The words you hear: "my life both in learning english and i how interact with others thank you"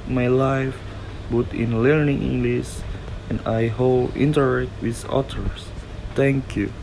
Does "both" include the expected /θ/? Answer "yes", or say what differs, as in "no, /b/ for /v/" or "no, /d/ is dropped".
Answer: no, /t/ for /θ/